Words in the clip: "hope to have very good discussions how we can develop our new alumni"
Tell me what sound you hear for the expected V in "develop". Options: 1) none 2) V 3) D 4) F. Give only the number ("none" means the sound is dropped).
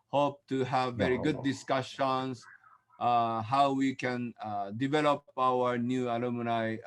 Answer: 2